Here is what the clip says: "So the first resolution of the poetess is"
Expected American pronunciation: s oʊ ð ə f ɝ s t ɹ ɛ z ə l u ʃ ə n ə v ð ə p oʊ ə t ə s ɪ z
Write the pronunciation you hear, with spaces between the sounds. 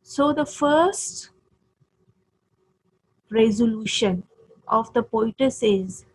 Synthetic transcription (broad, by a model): s oʊ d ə f ɝ s t ɹ ɛ z ə l u ʃ ə n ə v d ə p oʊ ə t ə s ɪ z